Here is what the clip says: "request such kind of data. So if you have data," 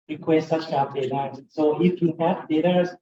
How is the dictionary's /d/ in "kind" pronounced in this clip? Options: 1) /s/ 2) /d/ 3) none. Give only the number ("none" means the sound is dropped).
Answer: 3